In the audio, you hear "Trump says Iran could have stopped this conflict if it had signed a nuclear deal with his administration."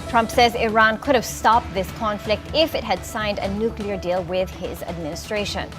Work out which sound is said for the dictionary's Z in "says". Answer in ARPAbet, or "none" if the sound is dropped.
Z